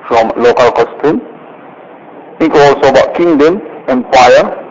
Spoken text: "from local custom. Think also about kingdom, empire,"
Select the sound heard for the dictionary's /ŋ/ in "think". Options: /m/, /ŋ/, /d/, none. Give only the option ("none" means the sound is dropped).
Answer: none